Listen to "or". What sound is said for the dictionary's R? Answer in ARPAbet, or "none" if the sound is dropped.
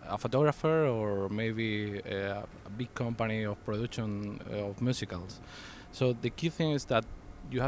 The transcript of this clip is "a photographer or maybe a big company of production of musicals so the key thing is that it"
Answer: R